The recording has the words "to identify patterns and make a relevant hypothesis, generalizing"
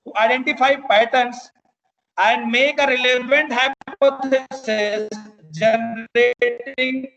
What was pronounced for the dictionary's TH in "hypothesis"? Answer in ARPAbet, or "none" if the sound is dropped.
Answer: S